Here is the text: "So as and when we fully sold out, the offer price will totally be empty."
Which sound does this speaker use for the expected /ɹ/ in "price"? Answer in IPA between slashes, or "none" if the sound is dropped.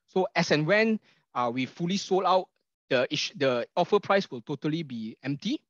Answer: /ɹ/